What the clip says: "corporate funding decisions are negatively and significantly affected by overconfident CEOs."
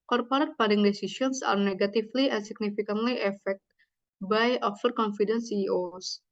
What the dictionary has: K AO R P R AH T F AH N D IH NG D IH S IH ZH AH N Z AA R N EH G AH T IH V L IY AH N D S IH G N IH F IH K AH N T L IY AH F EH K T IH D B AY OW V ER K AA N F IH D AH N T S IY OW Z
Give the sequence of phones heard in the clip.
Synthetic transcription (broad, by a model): K AO R P R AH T P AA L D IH NG D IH S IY S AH N S AA R N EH G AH T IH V L IY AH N S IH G N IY F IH K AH N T L IY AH F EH K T B AY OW F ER K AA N F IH D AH N S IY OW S